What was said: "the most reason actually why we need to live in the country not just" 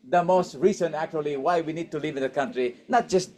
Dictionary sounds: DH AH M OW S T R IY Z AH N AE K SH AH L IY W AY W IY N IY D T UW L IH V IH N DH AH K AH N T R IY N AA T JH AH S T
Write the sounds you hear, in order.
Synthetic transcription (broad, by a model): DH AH M OW S T R IY S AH N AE K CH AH L IY W AY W IY N IY D T UW L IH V IH N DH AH K AH N T R IY N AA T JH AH S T